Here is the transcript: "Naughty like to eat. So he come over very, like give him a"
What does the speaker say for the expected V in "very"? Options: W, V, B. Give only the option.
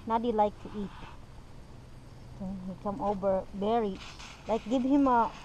B